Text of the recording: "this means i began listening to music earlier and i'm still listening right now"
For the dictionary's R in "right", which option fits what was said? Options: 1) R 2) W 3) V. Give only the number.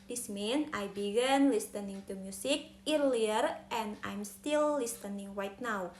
2